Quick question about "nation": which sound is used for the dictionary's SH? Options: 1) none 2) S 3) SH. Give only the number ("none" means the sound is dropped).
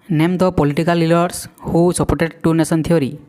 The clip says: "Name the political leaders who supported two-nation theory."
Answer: 2